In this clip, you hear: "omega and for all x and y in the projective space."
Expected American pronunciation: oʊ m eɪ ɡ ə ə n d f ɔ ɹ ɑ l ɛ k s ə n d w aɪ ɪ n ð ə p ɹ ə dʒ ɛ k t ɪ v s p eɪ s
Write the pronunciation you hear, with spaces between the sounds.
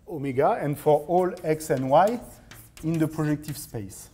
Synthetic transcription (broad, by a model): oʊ m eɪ ɡ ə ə n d f ɔ ɹ ɑ l ɛ k s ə n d w aɪ ɪ n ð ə p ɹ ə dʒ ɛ k t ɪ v s p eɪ s